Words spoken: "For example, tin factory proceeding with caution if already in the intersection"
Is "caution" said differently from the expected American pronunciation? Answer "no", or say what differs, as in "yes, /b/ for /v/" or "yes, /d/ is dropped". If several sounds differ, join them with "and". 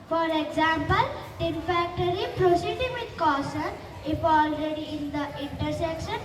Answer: yes, /s/ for /ʃ/